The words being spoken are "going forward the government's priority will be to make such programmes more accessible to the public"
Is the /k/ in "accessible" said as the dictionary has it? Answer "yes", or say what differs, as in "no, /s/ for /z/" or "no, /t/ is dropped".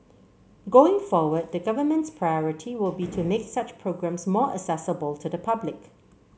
no, /k/ is dropped